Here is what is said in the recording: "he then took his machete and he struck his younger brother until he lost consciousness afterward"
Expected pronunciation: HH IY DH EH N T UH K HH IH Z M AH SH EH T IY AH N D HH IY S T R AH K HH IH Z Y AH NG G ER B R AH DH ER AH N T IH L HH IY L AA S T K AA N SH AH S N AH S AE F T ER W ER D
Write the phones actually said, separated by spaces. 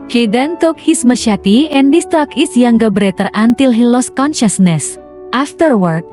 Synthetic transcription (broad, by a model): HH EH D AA N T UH K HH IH S M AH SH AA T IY AH N D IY S T AO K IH S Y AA NG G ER B R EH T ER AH N T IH L HH IY L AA S K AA N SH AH S N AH S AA F T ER W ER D